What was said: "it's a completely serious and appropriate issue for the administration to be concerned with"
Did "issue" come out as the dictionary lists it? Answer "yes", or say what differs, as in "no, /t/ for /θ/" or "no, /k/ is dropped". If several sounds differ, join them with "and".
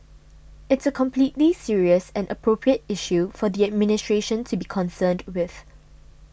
yes